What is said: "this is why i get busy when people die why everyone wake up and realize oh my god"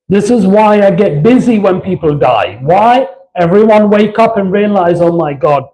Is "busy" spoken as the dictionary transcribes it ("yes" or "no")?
yes